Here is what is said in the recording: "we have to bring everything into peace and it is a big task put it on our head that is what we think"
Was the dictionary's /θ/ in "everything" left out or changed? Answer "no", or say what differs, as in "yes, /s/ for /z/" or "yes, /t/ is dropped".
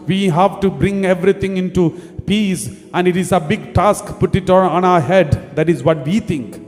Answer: yes, /t/ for /θ/